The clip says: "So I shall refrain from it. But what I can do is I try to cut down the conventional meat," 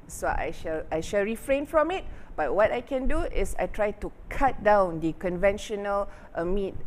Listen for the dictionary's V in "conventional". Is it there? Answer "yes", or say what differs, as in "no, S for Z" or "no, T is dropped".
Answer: yes